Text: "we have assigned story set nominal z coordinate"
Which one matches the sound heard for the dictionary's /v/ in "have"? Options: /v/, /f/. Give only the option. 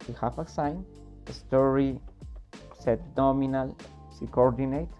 /f/